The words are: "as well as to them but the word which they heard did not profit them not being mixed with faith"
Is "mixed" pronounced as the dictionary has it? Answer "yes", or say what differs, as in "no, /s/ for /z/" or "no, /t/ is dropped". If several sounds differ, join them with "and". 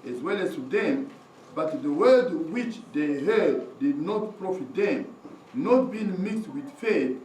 yes